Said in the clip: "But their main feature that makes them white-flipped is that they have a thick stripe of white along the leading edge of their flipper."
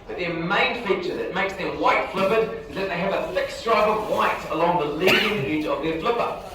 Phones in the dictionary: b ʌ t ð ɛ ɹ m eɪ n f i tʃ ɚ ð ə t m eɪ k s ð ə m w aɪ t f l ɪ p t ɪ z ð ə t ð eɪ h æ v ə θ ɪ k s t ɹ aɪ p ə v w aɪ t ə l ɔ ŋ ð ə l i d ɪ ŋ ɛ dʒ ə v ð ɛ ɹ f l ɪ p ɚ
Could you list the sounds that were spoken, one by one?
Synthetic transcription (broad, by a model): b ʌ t ð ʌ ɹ m eɪ n f i tʃ ɚ ð ə t m eɪ k s ð ə m w aɪ t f l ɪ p ɪ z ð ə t ð eɪ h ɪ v ə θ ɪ k s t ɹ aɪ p ə v w aɪ t ə l ɔ ŋ ð ə l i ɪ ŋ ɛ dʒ ə v ð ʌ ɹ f l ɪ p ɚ